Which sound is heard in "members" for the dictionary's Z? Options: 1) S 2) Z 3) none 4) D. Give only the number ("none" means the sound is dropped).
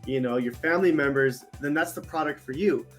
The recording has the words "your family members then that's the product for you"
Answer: 2